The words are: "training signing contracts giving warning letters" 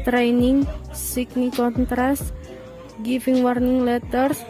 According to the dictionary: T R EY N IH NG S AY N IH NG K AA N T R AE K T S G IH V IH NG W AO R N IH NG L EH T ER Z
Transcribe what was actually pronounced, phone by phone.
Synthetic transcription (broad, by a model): T R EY N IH NG S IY N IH K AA N T R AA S T G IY F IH NG W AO R N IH NG L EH T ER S